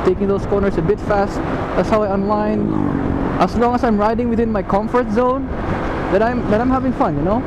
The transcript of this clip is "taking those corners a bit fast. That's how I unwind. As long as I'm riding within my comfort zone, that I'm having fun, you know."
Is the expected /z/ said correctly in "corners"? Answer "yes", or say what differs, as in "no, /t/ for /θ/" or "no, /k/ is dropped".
no, /s/ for /z/